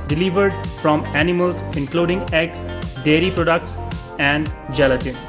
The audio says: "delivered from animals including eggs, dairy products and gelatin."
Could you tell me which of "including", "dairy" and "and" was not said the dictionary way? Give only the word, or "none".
none